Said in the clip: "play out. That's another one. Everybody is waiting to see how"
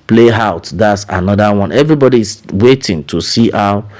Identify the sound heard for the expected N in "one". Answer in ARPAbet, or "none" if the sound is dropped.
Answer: N